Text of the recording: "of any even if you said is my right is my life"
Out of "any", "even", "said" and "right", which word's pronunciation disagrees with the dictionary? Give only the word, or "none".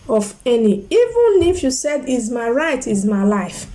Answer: none